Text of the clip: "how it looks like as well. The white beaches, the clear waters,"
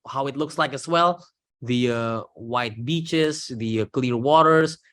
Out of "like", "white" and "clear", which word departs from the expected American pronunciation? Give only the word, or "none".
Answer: none